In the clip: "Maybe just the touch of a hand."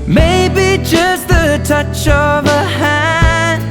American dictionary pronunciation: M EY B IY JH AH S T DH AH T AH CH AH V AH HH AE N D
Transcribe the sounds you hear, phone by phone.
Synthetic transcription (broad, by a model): M EY B IY JH AH S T DH AH T AH CH AH V AH HH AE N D